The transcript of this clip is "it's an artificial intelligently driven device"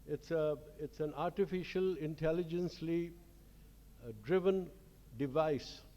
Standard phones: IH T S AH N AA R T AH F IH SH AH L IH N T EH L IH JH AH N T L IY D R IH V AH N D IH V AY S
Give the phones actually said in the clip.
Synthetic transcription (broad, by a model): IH T S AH N AA R T AH F IH SH AH L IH N T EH L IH JH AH N S L IY D R IH V AH N D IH V AY S